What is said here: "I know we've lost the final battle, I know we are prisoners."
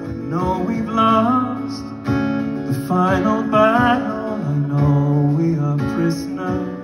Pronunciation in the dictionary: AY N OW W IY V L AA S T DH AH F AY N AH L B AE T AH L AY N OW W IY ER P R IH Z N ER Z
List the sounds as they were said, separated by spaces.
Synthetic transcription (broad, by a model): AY N OW W IY B L AA S T DH AH F AY N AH L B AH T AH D AY N OW W IY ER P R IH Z N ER